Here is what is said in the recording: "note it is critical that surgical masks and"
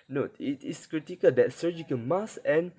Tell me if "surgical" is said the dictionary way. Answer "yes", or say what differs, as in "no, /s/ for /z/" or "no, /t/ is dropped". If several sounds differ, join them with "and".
no, /n/ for /l/